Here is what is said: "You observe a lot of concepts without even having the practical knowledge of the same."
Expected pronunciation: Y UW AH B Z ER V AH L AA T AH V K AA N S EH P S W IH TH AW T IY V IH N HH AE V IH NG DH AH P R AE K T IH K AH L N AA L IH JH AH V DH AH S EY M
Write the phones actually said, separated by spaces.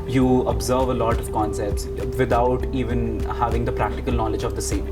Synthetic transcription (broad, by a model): Y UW AH B Z ER V AH L AA T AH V K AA N S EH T S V IH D AW T IY V IH N HH AE V IH NG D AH P R AE K T IH K AH L N AA L IH JH AH V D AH S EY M